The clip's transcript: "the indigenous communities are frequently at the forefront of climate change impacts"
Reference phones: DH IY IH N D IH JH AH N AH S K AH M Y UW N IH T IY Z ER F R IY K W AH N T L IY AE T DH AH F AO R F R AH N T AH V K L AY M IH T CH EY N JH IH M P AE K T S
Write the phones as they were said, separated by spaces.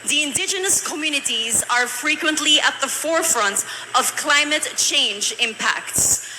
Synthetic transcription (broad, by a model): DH IY IH N D IH JH AH N AH S K AH M Y UW N IH T IY Z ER F R IY K W AH N T L IY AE T DH AH F AO R F R AH N T AH V K L AY M IH T CH EY N JH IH M P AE K T S